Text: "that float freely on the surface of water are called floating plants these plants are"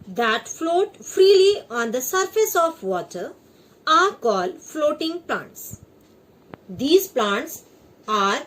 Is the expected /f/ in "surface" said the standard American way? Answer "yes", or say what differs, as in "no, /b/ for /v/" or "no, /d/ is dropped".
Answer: yes